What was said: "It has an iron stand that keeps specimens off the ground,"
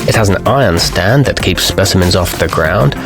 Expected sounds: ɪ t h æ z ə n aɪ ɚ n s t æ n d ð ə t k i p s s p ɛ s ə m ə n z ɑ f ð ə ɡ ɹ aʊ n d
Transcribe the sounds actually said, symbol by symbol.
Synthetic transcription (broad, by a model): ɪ t h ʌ z ə n aɪ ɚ n s t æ n ð ə t k i p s s p ɛ s ə m ə n z ɑ f ð ə ɡ ɹ aʊ n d